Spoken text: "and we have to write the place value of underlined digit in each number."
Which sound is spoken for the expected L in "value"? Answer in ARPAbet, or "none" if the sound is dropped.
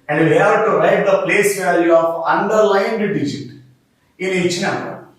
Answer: L